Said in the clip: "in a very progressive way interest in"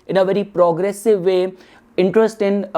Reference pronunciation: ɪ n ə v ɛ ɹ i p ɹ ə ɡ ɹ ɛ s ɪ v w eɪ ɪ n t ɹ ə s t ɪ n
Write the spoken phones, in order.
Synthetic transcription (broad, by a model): ɪ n ə v ɛ ɹ i p ɹ ə ɡ ɹ ɛ s ɪ v eɪ ɪ n t ɹ ə s t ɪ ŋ